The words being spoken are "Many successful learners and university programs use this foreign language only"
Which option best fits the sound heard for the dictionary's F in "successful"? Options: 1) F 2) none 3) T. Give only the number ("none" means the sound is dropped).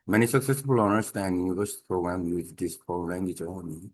2